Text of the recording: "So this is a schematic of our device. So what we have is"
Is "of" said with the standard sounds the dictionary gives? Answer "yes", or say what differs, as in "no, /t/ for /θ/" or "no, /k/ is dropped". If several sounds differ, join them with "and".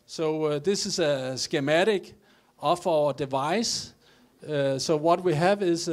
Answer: no, /f/ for /v/